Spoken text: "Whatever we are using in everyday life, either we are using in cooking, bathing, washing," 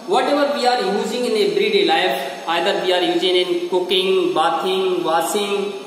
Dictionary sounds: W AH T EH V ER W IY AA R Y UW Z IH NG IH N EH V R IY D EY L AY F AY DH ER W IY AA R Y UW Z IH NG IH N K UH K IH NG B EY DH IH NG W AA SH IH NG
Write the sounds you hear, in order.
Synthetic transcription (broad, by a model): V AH T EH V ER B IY AA R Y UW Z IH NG IH N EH B R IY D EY L AY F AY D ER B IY AA R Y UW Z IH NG IH N K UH K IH NG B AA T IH NG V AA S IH NG